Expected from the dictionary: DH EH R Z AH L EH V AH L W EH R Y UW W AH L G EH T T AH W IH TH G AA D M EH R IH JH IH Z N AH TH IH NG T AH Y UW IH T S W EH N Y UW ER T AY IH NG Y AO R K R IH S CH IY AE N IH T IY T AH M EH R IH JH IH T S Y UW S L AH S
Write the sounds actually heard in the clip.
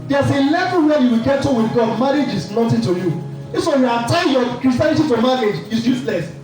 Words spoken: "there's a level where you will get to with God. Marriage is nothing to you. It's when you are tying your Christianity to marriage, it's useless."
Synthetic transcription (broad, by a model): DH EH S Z AH L EH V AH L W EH Y UW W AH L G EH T T AH W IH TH G AA D M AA R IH JH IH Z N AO T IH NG T AH Y UW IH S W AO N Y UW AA T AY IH Y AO K R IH S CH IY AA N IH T IY T AH M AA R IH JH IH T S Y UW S L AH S